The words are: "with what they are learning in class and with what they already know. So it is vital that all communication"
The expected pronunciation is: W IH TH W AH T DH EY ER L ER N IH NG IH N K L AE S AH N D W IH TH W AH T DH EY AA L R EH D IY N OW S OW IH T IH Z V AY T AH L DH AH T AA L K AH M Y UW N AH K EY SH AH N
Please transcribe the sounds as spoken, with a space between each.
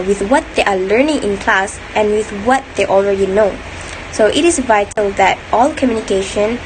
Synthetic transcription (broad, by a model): W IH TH W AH T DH EY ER L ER N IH NG IH N K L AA S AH N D W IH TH W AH T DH EY AA L R EH D IY N OW S OW IH T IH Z V AY T AH L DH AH T AA L K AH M Y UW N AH K EY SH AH N